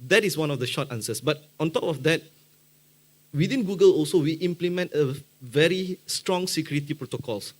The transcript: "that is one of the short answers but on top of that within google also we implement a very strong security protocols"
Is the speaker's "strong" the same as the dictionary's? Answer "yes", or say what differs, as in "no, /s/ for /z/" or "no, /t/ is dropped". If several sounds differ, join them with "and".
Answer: yes